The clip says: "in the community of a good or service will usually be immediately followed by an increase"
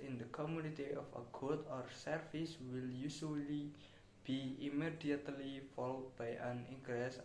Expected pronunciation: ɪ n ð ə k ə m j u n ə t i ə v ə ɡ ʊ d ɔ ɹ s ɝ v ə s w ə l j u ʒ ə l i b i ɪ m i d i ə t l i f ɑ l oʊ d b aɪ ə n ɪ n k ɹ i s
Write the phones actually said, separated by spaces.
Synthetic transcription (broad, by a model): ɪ n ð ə k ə m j u n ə t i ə f ə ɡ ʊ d ɔ ɹ s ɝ f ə s w ə l j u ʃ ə l i b i ɪ m i d i ə t l i f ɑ l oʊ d b aɪ ə n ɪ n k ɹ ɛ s